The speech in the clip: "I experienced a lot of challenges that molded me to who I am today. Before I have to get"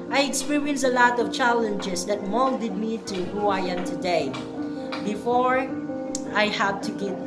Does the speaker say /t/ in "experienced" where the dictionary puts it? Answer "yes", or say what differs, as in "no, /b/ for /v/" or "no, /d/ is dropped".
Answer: no, /t/ is dropped